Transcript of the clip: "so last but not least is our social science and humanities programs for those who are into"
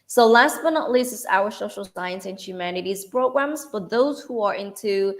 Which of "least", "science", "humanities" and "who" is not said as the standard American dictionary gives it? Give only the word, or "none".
least